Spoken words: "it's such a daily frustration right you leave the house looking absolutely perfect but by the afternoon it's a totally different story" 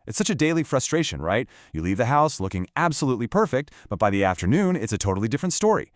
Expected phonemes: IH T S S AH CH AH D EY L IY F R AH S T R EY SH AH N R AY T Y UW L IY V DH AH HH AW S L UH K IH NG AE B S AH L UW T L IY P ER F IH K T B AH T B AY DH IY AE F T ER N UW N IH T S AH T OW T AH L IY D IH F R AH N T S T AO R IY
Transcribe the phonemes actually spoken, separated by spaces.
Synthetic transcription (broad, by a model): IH T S S AH CH AH D EY L IY F R AH S T R EY SH AH N R AY T Y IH L IY V DH AH HH AW S L UH K IH NG AE B S AH L UW T L IY P ER F IH K T B AH T B AY DH IY AE F T ER N UW N IH T S AH T OW T L IY D IH F R AH N T S T AO R IY